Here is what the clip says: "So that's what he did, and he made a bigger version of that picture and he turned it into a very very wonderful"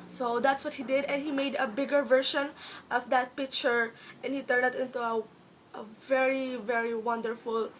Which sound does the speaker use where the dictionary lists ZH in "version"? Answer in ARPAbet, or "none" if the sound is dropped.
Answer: SH